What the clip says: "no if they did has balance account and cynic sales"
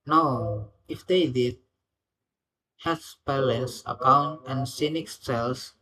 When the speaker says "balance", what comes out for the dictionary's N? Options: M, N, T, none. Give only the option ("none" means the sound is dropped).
none